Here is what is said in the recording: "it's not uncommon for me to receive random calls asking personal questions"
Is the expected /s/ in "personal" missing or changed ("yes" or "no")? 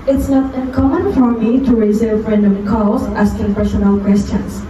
yes